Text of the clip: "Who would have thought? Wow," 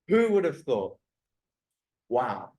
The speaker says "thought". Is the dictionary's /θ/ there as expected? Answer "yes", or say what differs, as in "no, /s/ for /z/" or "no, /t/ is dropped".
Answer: yes